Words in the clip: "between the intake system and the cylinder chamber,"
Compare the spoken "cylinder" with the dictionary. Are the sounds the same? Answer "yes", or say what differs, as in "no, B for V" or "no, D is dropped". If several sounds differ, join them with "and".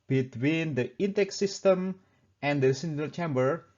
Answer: no, N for L